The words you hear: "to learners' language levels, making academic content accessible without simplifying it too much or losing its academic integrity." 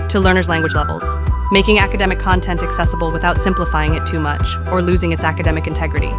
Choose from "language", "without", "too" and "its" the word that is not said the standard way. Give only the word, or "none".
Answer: none